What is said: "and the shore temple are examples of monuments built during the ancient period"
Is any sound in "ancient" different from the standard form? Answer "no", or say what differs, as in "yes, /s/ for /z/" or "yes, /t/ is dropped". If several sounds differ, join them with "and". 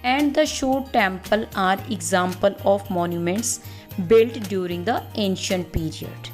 no